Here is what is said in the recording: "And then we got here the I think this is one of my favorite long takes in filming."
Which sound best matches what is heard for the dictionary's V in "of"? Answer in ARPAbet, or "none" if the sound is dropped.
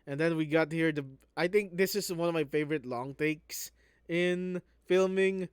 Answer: V